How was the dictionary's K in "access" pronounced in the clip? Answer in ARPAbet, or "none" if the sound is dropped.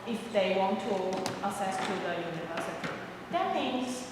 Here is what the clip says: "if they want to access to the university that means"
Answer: none